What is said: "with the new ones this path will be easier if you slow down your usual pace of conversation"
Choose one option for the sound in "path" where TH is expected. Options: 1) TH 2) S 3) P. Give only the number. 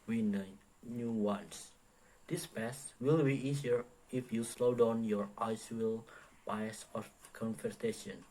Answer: 2